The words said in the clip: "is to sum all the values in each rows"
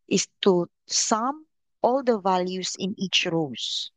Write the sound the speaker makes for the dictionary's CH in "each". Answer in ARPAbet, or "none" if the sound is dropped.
CH